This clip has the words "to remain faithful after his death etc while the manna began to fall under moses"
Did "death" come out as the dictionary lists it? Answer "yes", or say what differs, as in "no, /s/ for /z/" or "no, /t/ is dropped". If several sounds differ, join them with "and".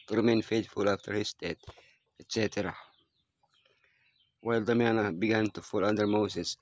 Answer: no, /t/ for /θ/